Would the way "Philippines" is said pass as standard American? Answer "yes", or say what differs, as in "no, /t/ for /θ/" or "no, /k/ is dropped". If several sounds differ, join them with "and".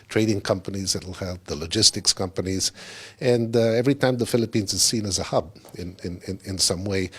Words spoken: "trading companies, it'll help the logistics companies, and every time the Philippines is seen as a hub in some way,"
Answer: yes